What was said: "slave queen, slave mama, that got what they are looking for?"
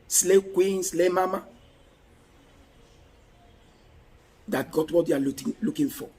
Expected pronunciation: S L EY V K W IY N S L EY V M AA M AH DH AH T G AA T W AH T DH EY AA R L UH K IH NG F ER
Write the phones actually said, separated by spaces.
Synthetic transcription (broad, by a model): S L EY K W IY N S L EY M AA M AH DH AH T G AA T W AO T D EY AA L L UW K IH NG F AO